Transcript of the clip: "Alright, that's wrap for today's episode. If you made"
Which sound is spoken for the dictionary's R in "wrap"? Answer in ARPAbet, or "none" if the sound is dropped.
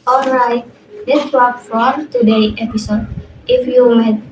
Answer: W